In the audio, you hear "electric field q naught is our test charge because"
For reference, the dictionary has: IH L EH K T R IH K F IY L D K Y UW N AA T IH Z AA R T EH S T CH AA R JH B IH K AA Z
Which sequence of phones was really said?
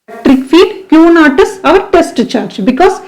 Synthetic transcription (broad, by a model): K T R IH K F IY D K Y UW N AA T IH S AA R T EH S T CH AA R JH B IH K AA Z